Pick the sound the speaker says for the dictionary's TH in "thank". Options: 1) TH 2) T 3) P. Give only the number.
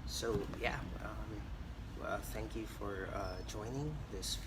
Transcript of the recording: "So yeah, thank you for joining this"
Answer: 1